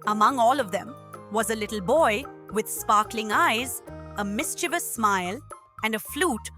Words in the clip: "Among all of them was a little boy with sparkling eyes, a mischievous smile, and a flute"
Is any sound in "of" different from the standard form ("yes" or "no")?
no